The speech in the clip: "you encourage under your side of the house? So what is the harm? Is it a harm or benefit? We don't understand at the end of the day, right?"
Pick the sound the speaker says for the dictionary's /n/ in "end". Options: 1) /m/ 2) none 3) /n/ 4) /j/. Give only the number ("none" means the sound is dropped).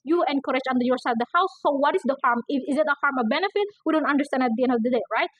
3